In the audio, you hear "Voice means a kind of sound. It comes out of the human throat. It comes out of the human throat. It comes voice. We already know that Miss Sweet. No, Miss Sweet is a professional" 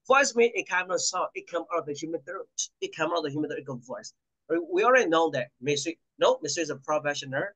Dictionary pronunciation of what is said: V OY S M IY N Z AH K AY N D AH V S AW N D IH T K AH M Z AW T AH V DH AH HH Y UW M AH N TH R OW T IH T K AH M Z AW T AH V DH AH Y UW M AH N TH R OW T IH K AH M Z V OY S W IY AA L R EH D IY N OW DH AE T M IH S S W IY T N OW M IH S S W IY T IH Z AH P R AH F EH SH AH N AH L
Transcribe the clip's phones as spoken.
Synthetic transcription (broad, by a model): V OY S M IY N AH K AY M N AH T S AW IH T K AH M AW T AH V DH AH HH Y UW M AH N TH OW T IH T K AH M AW T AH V DH AH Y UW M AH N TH OW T IH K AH V OY S W IY AA L R EH D IY N OW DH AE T M IH S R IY N OW M IH S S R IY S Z AH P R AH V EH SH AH N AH